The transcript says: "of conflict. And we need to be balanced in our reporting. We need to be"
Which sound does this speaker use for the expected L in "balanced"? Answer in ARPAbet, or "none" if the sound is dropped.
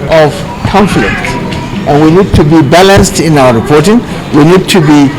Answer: L